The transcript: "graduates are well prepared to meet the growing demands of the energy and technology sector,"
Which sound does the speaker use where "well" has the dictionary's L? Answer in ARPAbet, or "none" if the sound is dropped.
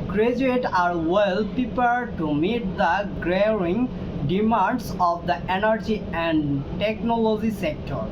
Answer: L